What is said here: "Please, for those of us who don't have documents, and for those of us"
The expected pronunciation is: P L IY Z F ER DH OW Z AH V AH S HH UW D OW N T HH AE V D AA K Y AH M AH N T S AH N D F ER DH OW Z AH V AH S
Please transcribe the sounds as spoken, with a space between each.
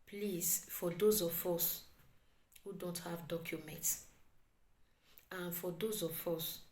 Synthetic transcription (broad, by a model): P L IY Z F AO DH OW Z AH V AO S HH UW D OW N T HH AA V D AA K Y AH M AH N T S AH N F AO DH OW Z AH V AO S